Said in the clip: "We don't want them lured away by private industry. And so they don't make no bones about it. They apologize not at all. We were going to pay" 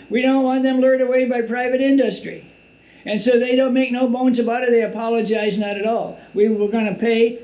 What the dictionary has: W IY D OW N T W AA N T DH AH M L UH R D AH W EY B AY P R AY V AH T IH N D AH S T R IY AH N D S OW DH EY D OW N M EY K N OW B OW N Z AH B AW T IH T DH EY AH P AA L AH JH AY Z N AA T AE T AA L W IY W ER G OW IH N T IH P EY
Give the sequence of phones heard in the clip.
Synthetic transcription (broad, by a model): W IY D OW N T W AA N DH AH M L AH R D AH W EY B AY P R AY V AH T IH N D AH S T R IY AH N S OW DH EY D OW N M EY K N OW B OW N Z AH B AW T IH T DH EY AH P AA L AH JH AY Z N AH T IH T AA L W IY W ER G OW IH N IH P EY